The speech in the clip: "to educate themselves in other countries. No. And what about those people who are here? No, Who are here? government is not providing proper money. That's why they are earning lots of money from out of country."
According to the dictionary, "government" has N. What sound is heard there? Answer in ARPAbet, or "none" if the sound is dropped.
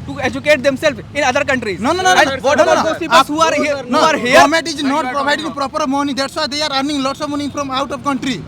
none